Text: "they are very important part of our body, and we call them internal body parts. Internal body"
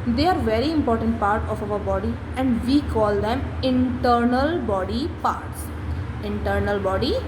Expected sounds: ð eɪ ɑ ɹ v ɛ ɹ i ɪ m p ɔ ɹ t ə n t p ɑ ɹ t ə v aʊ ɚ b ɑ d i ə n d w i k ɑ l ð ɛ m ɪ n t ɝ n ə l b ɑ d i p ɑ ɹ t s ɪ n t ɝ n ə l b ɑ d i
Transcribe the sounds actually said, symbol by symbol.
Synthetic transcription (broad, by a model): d eɪ ɑ ɹ v ɛ ɹ i ɪ m p ɔ ɹ t ə n t p ɑ ɹ t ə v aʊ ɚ b ɑ d i ə n d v i k ɑ l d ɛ m ɪ n t ɝ n ə l b ɑ d i p ɑ ɹ t s ɪ n t ɝ n ə l b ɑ d i